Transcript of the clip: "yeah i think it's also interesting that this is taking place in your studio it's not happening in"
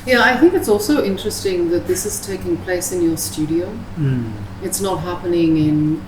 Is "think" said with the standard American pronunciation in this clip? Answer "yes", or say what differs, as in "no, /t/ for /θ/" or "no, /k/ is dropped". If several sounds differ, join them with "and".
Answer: yes